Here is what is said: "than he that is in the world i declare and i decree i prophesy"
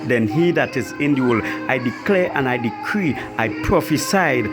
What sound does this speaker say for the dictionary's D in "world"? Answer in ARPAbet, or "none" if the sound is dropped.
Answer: none